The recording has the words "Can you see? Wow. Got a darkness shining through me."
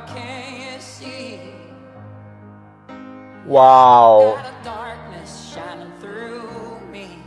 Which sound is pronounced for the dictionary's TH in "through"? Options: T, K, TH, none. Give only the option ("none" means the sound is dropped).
TH